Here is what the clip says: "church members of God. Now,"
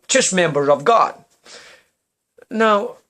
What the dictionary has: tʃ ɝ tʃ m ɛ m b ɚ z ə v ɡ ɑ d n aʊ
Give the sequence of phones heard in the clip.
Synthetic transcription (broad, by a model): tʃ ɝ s m ɛ m b ɚ ə v ɡ ɑ d n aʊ